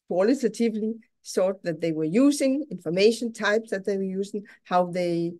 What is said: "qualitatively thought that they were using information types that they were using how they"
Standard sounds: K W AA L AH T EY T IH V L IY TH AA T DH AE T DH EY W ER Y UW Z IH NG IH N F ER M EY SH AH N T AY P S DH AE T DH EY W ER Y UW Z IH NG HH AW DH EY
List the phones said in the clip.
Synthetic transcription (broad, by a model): K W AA L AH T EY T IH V L IY S AA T DH AE T DH EY W ER Y UW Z IH NG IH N F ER M EY SH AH N T AY P S DH AE T DH EY W ER Y UW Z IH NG HH AW DH EY